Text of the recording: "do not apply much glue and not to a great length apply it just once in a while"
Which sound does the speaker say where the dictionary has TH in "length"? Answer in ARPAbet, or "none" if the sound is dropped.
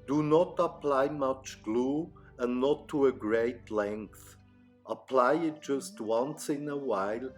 TH